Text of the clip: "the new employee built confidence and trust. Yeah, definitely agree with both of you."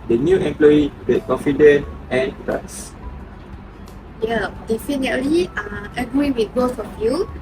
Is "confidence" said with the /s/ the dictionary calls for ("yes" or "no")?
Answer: no